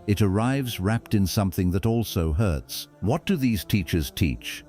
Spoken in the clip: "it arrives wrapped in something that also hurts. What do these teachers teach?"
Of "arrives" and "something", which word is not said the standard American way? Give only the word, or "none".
none